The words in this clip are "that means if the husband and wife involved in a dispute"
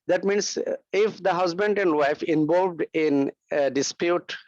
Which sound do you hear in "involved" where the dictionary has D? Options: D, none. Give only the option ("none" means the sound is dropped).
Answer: D